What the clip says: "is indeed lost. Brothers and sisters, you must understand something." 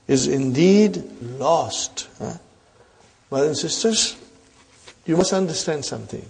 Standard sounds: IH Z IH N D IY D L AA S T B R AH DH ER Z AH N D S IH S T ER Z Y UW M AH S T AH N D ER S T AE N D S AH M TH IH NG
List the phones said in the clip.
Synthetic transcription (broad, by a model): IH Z IH N D IY D L AA S T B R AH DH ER AH N S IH S T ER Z Y UW M AH S T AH N D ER S T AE N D S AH M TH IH NG